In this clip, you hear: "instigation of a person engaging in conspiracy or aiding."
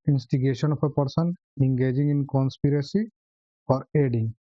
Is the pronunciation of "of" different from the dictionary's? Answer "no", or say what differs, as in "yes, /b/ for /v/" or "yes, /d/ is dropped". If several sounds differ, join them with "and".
yes, /p/ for /v/